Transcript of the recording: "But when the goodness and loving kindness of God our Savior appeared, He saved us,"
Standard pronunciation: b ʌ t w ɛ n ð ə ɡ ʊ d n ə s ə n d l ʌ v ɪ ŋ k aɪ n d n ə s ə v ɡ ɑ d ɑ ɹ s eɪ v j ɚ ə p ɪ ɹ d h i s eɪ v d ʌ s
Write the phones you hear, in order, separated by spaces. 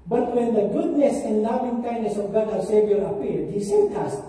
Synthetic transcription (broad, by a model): b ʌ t w ɛ n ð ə ɡ ʊ d n ə s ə n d l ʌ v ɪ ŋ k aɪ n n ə s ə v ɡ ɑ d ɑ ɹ s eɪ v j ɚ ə p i l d h i s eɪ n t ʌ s